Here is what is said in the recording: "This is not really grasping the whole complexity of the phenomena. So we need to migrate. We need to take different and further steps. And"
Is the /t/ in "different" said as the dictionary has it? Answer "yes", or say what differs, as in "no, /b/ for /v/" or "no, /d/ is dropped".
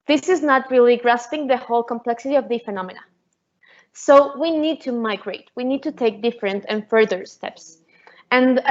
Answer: yes